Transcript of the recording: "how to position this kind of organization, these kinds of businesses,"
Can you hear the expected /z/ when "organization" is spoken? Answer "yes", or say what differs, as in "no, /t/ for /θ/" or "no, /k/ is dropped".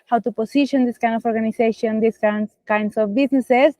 no, /s/ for /z/